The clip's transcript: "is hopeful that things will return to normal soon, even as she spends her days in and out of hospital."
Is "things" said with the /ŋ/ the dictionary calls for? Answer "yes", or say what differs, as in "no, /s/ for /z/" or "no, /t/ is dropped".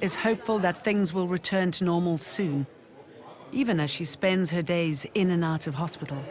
yes